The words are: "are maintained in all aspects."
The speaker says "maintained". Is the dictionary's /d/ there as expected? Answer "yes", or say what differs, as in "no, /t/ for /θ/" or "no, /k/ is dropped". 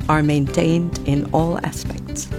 yes